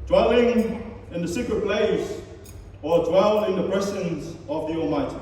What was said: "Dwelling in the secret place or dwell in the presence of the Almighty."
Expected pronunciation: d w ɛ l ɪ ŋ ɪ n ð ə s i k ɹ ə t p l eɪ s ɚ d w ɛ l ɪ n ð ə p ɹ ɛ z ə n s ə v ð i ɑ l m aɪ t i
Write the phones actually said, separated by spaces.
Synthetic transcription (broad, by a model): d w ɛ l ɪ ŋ ɪ n ð ə s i k ɹ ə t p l eɪ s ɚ d w ɛ l ɪ n ð ə b ɹ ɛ s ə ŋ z ə v ð i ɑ l m aɪ t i